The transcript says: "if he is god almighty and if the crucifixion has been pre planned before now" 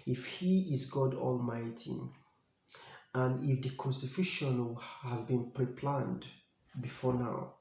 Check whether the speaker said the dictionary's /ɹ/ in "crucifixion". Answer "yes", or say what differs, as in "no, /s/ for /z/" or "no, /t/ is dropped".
no, /ɹ/ is dropped